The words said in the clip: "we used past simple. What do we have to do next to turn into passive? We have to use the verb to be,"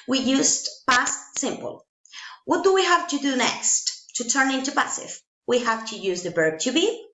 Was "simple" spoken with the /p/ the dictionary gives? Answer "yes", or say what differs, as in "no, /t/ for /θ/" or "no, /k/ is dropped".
yes